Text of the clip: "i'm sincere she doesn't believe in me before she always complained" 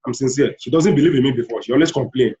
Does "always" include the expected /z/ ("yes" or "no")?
no